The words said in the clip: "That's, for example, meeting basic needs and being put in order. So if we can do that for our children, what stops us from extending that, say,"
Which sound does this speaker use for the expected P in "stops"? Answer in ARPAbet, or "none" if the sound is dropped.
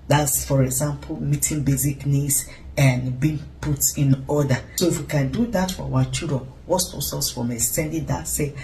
none